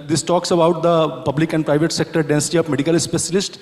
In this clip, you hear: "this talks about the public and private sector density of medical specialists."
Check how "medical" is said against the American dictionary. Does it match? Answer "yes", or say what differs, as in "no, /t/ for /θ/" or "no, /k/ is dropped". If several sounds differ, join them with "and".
yes